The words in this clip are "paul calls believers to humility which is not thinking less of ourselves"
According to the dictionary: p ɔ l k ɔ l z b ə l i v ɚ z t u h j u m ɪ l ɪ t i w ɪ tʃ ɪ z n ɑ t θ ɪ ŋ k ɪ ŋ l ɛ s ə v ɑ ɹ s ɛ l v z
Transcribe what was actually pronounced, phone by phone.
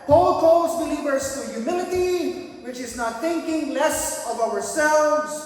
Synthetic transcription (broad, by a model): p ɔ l k ɔ l z b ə l i v ɚ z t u j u m ɪ l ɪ t i w ɪ tʃ ɪ z n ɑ t θ ɪ ŋ k ɪ ŋ l ɛ s ə v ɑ ɹ s ɛ l v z